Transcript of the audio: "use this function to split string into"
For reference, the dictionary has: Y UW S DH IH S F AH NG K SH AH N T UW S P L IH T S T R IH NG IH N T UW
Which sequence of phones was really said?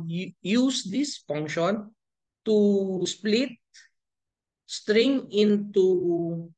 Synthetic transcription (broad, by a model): Y UW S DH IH S F AH NG K SH AH N T UW S P L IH T S T R IH NG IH N T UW